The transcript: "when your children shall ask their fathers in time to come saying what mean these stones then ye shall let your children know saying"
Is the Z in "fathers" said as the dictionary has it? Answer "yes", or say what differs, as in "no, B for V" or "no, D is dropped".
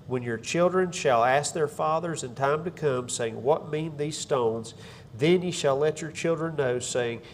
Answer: yes